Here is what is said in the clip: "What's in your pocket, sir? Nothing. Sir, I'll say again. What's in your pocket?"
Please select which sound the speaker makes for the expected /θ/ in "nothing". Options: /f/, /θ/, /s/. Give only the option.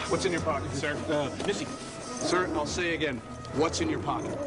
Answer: /s/